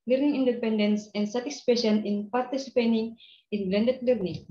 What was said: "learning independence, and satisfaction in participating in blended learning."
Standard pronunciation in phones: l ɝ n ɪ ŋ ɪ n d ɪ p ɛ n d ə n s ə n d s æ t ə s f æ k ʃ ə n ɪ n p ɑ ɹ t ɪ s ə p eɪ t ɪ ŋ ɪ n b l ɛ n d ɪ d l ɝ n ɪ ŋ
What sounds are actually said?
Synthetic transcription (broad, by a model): l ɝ n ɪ ŋ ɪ n d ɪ p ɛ n d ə n s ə n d s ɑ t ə s p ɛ ʃ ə n ɪ n p ɑ ɹ t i s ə p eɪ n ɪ ŋ ɪ n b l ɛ n d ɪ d l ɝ n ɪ ŋ